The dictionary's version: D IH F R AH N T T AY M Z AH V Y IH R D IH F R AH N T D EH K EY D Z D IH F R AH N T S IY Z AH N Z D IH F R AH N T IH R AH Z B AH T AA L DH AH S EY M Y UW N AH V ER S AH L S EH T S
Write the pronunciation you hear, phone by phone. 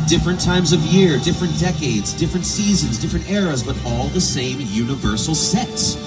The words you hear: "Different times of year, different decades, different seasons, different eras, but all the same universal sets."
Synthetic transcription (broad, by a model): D IH F R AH N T T AY M Z AH V Y IH R D IH F R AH N D EH K EY D Z D IH F R AH N T S IY Z AH N Z D IH F R AH N T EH R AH Z B AH T AA L DH AH S EY M Y UW N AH V ER S L S EH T S